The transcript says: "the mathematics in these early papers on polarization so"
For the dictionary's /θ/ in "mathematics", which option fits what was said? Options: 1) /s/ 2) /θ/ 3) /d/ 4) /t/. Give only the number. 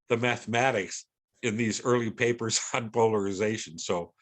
2